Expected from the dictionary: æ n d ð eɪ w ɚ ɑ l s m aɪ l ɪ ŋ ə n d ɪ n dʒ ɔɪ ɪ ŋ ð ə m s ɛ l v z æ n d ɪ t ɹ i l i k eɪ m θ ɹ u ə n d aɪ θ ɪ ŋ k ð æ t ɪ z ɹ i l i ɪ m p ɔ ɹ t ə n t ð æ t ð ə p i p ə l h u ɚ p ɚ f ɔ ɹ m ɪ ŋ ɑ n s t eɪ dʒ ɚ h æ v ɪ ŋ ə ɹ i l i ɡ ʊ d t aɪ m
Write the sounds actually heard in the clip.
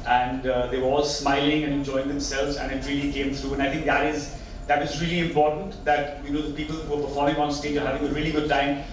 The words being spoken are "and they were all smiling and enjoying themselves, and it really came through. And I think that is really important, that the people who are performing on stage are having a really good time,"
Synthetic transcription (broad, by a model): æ n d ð eɪ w ɚ ɑ l s m aɪ l ɪ ŋ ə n ɪ n dʒ ɔɪ ɪ ŋ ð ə m s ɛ l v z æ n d ɪ t ɹ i l i k eɪ m t ɹ u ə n aɪ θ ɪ ŋ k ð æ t ɪ z ɹ i l i ɪ m p ɔ ɹ t ə n t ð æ t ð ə p i p ə l h u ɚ p ɚ f ɔ ɹ m ɪ ŋ ɑ n s t eɪ dʒ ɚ h æ v ɪ ŋ ə ɹ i l i ɡ ʊ d t aɪ m